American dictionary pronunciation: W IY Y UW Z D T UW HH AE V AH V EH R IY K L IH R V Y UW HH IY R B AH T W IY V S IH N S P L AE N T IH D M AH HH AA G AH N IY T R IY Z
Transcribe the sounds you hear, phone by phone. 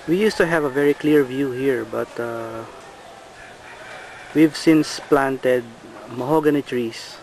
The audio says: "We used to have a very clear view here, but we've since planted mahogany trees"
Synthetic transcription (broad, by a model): W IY Y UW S T UW HH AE V AH V EH R IY K L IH R V Y UW HH IY R B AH T W IY V S IH N S P L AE N T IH D M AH HH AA G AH N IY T R IY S